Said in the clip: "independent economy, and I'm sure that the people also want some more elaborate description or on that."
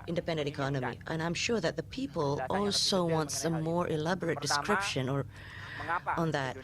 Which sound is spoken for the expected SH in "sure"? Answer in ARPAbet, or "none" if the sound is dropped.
SH